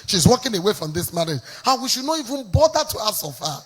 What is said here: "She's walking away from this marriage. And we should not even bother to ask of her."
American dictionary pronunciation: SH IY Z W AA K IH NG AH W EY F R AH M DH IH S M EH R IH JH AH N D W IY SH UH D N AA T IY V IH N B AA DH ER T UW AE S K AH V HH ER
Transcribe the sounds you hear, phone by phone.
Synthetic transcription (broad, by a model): SH IY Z W AA K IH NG AH W EY F R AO M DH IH S M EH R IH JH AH N W IY SH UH D N AA T IY V IH N B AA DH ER T UW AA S AH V HH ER